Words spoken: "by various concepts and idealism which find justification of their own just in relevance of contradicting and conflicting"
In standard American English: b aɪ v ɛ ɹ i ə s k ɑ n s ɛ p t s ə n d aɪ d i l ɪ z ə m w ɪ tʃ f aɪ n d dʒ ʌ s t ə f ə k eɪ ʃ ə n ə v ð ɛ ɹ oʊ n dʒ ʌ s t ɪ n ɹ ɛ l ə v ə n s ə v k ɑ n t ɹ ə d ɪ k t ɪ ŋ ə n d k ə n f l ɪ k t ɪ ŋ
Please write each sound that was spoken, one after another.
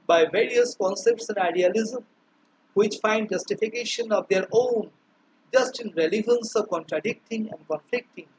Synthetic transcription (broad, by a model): b aɪ v ɛ ɹ i ə s k ɑ n s ɛ p t s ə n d aɪ d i l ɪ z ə m w ɪ tʃ f aɪ n d dʒ ʌ s t ə f ə k eɪ ʃ ə n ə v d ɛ ɹ oʊ n dʒ ʌ s t ɪ n ɹ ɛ l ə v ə n s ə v k ɑ n t ɹ ə d ɪ k t ɪ ŋ ə n d k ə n f l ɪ k t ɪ ŋ